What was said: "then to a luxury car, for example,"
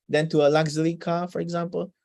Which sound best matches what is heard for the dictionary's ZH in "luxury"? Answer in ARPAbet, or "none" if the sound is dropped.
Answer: Z